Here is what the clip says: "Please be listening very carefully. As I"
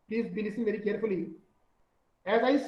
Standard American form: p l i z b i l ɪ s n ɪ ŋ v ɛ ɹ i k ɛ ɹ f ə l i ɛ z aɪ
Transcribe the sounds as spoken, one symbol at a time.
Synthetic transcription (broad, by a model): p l i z b i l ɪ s ɪ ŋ v ɛ ɹ i k ɛ ɹ f ə l i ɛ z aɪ